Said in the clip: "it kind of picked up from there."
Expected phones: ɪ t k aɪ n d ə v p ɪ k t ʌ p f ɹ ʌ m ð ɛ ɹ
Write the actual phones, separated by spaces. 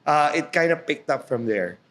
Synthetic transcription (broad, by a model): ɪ t k aɪ n d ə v p ɪ k t ʌ p f ɹ ʌ m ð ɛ ɹ